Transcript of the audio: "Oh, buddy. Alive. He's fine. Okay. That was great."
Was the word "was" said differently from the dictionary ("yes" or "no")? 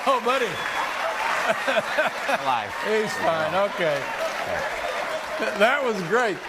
no